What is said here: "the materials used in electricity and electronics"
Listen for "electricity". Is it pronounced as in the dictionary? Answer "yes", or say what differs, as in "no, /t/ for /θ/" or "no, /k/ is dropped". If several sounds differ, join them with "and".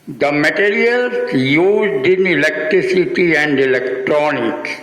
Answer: yes